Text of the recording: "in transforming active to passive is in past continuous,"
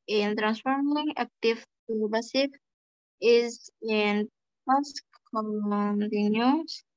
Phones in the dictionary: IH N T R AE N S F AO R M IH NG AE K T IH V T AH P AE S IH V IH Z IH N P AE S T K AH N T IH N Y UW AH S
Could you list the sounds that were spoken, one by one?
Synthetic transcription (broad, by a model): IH N T R AE N S F AO R M IH NG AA K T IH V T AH B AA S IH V IH Z IH N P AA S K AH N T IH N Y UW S